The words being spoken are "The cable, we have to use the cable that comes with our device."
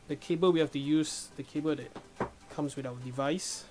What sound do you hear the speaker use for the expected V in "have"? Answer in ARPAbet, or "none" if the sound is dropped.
F